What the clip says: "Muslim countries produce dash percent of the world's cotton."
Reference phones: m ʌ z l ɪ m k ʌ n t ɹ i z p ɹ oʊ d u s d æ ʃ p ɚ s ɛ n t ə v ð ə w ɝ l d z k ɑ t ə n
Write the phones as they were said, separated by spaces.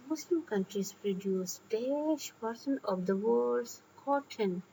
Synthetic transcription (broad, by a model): m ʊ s l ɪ m k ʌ n t ɹ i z p ɹ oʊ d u s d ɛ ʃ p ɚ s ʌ n ə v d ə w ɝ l d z k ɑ t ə n